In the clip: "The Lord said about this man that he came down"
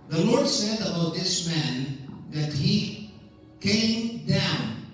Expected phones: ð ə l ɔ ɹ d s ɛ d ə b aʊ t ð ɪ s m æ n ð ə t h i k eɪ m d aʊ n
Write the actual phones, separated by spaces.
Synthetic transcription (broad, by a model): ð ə l ɔ ɹ d s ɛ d ə b aʊ t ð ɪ s m æ n ð ə t h i k eɪ m d aʊ n